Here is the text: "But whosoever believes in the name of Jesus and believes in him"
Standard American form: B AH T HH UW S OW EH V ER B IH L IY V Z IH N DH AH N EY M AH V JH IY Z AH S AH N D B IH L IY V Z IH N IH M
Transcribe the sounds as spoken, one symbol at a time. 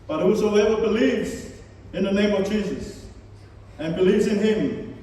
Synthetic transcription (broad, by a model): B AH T HH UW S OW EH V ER B IH L IY V Z IH N DH AH N EY M AH V JH IY Z AH S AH N B IH L IY V Z IH N IH M